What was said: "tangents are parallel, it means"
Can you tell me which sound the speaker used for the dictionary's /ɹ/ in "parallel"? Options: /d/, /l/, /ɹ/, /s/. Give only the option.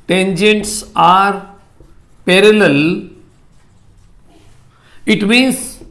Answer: /ɹ/